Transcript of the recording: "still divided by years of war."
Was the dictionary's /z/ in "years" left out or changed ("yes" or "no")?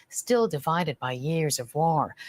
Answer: no